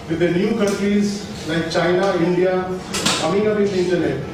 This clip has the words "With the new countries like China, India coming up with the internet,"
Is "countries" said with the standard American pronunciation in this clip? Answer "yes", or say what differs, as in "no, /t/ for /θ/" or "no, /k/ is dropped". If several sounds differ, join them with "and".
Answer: yes